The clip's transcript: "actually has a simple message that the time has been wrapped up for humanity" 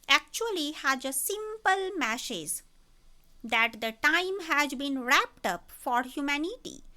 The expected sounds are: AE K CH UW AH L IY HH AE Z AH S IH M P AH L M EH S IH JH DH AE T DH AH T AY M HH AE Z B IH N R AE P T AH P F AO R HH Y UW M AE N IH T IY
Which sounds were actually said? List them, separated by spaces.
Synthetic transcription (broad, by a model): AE K CH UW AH L IY HH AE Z AH S IH M P AH L M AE SH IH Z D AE T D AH T AY M HH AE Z B IH N R AE P T AH P F AO R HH Y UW M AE N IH T IY